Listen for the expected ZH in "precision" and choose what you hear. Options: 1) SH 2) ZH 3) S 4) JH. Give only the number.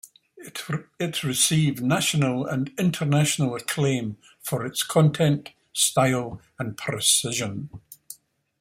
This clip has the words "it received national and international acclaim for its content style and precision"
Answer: 2